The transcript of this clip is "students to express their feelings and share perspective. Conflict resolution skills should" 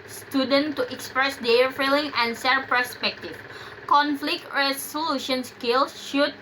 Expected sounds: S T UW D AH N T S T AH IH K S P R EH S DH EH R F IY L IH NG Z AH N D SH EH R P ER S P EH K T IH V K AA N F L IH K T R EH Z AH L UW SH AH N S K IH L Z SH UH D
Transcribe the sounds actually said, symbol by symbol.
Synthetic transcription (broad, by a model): S T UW D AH N T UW T IH K S P R EH S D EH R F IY L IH NG AH N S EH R P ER S P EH K T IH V K AA N F L IH K T R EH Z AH L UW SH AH N S K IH L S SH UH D